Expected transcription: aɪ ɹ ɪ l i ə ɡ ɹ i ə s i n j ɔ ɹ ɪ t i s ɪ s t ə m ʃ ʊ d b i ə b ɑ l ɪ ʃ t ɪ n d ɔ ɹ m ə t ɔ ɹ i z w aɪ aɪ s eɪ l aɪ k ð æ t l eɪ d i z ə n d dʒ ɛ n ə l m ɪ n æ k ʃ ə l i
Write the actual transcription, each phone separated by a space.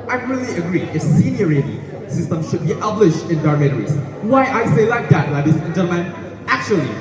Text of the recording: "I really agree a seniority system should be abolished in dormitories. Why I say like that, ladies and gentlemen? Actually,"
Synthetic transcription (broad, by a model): aɪ ɹ ɪ l i ə ɡ ɹ i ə s i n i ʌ ɹ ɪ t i s ɪ s t ə m ʃ ʊ d b i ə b l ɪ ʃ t ɪ n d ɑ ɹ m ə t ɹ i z w aɪ aɪ s eɪ l aɪ k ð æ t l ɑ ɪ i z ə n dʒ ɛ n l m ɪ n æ k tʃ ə l i